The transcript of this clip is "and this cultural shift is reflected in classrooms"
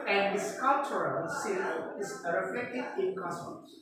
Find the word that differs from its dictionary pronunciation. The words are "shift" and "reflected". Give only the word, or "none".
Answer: shift